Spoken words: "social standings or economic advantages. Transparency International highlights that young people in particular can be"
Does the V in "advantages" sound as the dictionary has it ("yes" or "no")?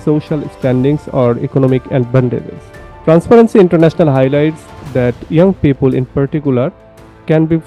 no